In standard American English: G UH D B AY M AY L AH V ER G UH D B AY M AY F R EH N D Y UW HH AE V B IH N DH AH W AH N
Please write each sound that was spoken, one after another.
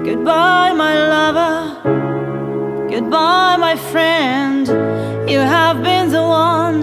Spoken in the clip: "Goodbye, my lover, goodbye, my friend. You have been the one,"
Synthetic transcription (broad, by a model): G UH D B AY M AY L AH V ER G UH D B AY M AY F R EH N D Y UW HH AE V B IH N DH AH W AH N